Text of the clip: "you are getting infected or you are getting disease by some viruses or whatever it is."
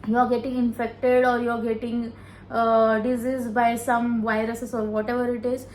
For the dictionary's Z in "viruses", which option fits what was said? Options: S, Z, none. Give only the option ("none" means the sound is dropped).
S